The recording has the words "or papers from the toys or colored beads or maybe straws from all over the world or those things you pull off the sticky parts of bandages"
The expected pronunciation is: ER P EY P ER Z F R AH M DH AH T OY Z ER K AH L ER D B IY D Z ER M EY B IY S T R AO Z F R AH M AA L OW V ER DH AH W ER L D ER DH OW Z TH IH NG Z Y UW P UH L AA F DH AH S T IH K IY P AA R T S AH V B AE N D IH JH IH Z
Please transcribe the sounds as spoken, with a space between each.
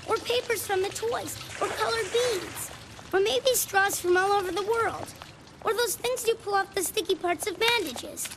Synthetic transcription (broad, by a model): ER P EY P ER Z F R AH M DH AH T OY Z ER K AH L ER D B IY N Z ER M EY B IY S T R AO Z F R AH M AA L OW V ER DH AH W ER L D ER DH OW Z TH IH NG Z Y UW P UH L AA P DH AH S T IH K IY P AA R T S AH V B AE N D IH JH IH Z